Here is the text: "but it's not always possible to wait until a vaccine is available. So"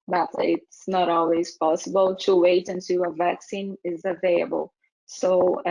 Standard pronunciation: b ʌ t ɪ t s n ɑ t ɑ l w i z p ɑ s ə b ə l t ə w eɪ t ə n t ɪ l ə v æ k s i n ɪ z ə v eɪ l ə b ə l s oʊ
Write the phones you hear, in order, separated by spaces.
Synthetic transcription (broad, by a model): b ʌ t ɪ t s n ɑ t ɑ l w i z p ɑ s ə b ə l t ə w eɪ t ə n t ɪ ə v æ k s i n ɪ z ə v eɪ l ə b ə l s oʊ